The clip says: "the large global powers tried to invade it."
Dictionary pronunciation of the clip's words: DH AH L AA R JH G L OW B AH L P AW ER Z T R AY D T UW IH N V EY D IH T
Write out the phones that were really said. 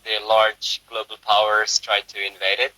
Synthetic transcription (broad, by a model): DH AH L AA R JH G L OW B AH L P AW ER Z T R AY D T UW IH N V EY D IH T